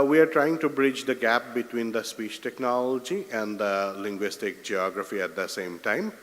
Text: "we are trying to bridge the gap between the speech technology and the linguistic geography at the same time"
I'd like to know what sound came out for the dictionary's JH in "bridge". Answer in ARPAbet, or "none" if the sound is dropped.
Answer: JH